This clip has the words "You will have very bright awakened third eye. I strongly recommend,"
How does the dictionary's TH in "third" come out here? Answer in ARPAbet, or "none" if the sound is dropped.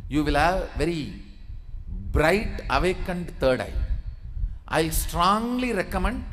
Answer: T